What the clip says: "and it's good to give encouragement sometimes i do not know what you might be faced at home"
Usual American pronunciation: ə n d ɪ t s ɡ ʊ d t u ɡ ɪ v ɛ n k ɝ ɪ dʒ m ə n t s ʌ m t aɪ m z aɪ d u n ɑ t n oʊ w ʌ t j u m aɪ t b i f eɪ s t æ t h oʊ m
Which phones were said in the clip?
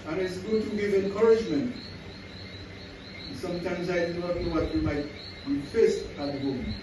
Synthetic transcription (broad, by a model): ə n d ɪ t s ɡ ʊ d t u ɡ ɪ v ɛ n k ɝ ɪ dʒ m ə n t s ʌ m t aɪ m z aɪ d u n ɑ t n oʊ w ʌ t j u m aɪ t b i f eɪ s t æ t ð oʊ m